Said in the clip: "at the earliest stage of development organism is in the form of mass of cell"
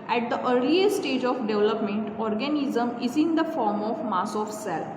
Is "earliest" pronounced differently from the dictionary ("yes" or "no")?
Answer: yes